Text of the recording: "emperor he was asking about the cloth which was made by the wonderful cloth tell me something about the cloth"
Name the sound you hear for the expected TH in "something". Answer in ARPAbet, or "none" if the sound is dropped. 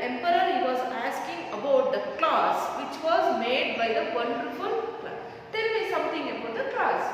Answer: T